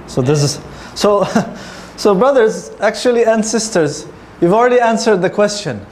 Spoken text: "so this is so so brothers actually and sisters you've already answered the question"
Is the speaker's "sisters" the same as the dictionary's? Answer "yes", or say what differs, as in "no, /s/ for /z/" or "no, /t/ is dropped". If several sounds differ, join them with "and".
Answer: yes